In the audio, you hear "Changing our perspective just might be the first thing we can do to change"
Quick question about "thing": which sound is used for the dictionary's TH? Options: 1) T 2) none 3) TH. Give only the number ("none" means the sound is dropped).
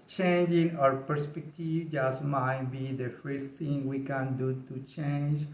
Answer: 1